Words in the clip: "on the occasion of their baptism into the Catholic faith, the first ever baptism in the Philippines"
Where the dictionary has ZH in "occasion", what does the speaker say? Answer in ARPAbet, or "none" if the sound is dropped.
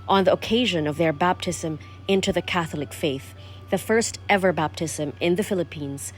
ZH